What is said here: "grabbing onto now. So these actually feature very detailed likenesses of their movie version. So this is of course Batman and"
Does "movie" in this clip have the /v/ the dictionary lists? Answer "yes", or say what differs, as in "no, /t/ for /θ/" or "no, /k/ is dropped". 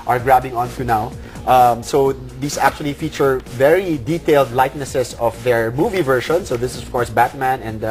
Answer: yes